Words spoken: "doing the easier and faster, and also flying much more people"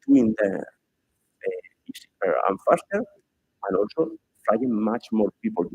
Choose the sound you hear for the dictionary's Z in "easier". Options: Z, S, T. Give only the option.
S